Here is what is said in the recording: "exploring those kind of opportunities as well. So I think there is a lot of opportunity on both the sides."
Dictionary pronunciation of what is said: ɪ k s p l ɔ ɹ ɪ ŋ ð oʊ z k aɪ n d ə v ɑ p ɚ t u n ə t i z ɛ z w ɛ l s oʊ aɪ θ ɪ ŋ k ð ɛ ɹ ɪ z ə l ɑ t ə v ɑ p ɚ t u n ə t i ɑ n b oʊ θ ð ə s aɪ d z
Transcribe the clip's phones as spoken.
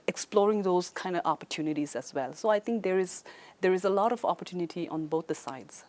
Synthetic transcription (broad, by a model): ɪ k s p l ɔ ɹ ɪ ŋ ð oʊ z k aɪ n d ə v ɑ p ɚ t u n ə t i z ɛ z w ɛ l s oʊ aɪ t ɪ ŋ k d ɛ ɹ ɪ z ə l ɑ t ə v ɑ p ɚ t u n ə t i ɑ n b oʊ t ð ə s aɪ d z